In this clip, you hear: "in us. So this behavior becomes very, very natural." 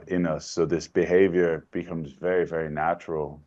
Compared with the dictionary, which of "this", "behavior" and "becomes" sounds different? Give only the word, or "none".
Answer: none